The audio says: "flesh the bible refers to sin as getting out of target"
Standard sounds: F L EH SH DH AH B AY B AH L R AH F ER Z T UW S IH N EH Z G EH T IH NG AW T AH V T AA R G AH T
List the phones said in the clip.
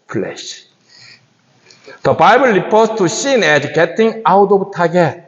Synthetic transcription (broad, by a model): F L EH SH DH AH B AY B AH L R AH P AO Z T UW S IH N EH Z G EH T IH NG AW T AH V T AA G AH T